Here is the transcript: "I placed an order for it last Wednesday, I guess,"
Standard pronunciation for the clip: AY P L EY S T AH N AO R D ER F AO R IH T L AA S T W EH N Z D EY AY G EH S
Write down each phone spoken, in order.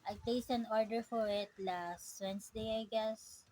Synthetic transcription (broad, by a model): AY P L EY S AH N AO R D ER F AO R IH T L AA S T W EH N S D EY AY G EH S